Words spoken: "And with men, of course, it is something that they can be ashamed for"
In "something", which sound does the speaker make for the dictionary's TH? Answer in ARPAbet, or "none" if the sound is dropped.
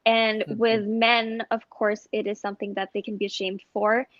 TH